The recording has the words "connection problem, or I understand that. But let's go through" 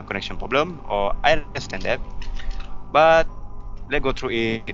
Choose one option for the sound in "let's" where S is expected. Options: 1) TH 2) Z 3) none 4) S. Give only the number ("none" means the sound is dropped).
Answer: 3